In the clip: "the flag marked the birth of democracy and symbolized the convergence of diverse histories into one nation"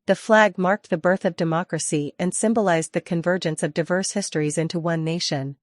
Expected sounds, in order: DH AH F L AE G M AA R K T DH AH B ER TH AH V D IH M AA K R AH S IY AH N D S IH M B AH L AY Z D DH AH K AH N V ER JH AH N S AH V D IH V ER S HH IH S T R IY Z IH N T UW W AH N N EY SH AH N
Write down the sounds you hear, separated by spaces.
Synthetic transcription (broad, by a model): DH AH F L AE G M AA R K T DH AH B ER TH AH V D IH M AA K R AH S IY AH N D S IH M B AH L AY Z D DH AH K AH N V ER JH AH N S AH V D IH V ER S HH IH S T R IY Z IH N T UW W AH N N EY SH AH N